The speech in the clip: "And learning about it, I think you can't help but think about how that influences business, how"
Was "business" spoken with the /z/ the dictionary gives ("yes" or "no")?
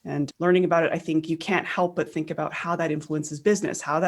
yes